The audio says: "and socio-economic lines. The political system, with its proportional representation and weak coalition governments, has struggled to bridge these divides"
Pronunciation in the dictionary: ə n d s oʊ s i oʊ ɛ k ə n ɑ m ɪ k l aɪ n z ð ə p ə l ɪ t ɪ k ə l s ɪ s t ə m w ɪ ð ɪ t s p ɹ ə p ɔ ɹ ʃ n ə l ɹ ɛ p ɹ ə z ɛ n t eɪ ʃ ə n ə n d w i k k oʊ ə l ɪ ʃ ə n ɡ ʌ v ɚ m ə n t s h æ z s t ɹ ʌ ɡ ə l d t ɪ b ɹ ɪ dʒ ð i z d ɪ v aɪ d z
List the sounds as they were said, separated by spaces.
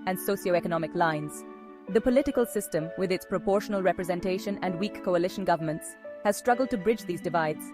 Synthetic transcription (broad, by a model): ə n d s oʊ s i oʊ ɛ k ə n ɑ m ɪ k l aɪ n z ð ə p ə l ɪ t ɪ k ə l s ɪ s t ə m w ɪ ð ɪ t s p ɹ ə p ɔ ɹ ʃ n ə l ɹ ɛ p ɹ ə z ɛ n t eɪ ʃ ə n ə n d w i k k oʊ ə l ɪ ʃ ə n ɡ ʌ v ɚ m ə n t s h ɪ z s t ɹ ʌ ɡ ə l d t ɪ b ɹ ɪ dʒ ð i z d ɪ v aɪ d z